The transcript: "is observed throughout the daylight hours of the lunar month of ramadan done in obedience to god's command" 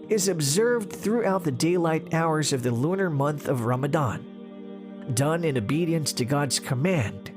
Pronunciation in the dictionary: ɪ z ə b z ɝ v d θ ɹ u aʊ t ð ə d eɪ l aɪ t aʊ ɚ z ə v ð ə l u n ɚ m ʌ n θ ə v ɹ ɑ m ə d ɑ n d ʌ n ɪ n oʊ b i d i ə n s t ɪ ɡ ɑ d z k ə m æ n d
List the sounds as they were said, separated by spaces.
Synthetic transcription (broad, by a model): ɪ z ə b z ɝ v d θ ɹ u aʊ t ð ə d eɪ l aɪ t aʊ ɚ z ə v ð ə l u n ɚ m ʌ n θ ə v ɹ ɑ m ə d ɑ n d ʌ n ɪ n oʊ b i d i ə n s t ɪ ɡ ɑ d z k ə m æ n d